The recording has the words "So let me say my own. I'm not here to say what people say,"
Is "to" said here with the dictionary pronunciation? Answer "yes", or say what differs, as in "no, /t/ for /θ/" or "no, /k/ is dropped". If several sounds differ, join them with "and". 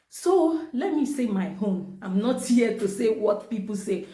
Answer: yes